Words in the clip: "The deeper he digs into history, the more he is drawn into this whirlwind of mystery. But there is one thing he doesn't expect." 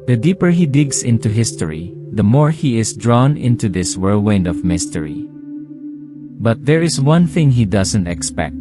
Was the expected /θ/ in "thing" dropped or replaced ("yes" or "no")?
no